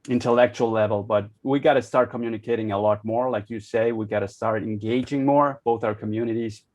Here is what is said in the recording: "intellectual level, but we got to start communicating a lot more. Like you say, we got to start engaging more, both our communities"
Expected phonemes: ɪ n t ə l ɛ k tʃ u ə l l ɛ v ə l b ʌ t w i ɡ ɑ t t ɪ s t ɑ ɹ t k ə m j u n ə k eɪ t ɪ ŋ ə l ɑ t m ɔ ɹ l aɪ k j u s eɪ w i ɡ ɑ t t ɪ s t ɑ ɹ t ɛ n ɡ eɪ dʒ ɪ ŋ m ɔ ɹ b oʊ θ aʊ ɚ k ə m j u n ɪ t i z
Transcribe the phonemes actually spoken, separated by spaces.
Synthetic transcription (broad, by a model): ɪ n t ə l ɛ k tʃ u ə l l ɛ v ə l b ʌ t w i ɡ ɑ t t ɪ s t ɑ ɹ t k ə m j u n ə k eɪ t ɪ ŋ ə l ɑ t m ɔ ɹ l aɪ k j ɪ s eɪ w i ɡ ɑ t t ɪ s t ɑ ɹ t ɛ n ɡ eɪ dʒ ɪ ŋ m ɔ ɹ b oʊ θ aʊ ɚ k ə m j u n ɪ t i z